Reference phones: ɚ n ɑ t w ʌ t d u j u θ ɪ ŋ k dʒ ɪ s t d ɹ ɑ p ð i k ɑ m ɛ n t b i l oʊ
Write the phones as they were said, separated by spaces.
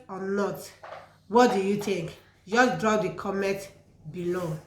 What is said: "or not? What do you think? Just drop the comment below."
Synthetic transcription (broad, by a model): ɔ n ɑ t w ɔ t d u j u t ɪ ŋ k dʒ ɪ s d ɹ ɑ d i k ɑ m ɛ t b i l oʊ